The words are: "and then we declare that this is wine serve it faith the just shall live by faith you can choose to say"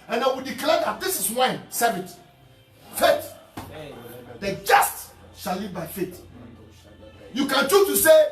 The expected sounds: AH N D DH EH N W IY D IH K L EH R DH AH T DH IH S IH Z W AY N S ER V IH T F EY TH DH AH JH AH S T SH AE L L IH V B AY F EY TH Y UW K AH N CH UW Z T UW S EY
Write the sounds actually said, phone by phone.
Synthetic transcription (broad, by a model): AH N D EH W IY D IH K L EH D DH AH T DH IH S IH S W AY N S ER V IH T F EY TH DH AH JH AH S T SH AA L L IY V B AY F EY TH Y UW K AH N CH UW T UW S EY